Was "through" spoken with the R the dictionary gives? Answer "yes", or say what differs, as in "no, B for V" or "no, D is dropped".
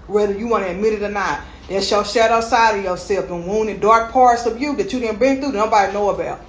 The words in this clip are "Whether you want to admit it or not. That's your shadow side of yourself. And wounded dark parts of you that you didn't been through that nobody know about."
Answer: no, R is dropped